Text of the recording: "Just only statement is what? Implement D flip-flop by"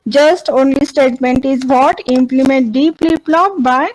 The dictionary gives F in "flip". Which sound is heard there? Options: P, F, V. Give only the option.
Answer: P